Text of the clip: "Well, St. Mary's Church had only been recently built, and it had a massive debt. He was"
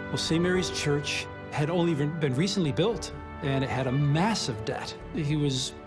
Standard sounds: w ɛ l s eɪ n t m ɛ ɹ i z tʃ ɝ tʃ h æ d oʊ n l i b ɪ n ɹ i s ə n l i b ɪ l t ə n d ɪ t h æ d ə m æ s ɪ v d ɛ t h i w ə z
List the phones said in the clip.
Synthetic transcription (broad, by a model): w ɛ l s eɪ m ɛ ɹ i z tʃ ɝ tʃ h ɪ d oʊ n l i b ɪ n ɹ i s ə n l i b ɪ l t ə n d ɪ t h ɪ d ə m æ s ɪ v d ɛ t h i w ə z